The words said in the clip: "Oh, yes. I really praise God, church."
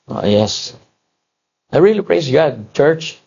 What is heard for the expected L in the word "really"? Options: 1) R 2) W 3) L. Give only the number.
3